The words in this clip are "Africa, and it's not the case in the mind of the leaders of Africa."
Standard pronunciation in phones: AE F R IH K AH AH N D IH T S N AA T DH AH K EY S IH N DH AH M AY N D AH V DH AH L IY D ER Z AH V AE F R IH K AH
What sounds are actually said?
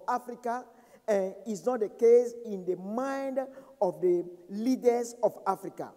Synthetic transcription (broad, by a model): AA F R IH K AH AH N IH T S N AA T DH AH K EY S IH N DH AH M AY N D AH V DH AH L IY D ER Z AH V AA F R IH K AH